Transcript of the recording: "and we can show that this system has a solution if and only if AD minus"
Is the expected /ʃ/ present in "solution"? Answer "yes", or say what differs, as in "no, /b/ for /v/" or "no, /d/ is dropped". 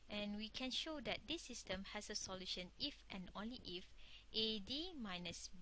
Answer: yes